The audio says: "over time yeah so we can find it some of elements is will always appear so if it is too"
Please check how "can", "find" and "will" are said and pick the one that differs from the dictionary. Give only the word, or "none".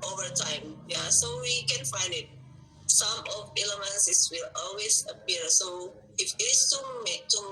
none